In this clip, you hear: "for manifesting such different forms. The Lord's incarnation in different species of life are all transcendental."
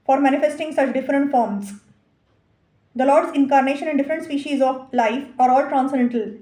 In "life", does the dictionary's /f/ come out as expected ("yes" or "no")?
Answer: yes